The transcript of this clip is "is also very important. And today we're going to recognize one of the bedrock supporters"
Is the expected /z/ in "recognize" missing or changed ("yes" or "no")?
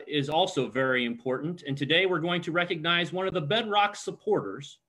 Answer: no